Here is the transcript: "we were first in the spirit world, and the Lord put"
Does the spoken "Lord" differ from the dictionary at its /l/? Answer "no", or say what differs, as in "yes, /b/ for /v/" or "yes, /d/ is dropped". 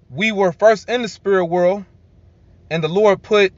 no